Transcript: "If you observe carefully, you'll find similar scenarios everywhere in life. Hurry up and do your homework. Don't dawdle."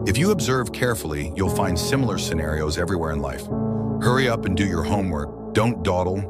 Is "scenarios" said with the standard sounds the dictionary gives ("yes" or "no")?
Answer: yes